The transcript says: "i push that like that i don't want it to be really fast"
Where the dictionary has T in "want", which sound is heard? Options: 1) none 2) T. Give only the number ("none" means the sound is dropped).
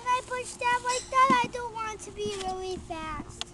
2